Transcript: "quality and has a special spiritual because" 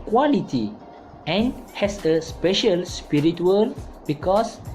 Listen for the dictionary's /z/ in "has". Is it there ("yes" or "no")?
no